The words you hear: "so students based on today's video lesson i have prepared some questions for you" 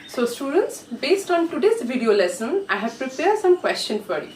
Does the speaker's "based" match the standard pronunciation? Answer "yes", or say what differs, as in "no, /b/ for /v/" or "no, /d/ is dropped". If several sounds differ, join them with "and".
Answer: yes